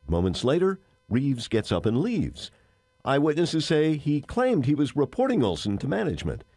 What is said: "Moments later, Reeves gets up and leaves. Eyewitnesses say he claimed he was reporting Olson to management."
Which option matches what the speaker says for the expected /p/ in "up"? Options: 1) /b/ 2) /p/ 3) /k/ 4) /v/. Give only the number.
2